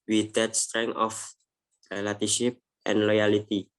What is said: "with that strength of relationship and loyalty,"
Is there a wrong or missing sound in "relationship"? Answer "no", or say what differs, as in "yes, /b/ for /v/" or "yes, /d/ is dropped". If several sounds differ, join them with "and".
yes, /n/ is dropped